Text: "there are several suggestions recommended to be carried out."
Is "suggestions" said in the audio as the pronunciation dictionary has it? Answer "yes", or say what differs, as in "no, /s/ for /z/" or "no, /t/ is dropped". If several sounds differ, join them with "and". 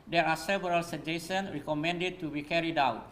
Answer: no, /tʃ/ is dropped and /z/ is dropped